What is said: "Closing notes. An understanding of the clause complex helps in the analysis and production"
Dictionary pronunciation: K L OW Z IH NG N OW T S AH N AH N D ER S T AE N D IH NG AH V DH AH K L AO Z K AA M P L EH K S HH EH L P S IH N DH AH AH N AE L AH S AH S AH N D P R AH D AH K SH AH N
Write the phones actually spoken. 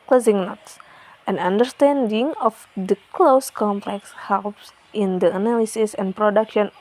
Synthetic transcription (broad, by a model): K L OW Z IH NG N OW T S AH N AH N D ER S T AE N D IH NG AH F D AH K L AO S K AA M P L EH K S HH EH L P S IH N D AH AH N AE L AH S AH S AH N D P R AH D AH K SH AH N